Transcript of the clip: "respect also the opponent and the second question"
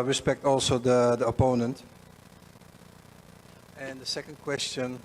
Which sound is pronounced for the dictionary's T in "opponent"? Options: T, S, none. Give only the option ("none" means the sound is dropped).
T